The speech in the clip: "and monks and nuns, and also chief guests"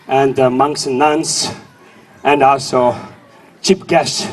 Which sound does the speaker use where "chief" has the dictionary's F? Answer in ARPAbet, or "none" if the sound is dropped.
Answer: P